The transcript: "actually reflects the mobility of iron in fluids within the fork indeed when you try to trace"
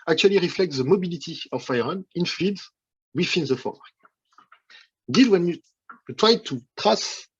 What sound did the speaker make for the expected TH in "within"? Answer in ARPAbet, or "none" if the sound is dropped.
F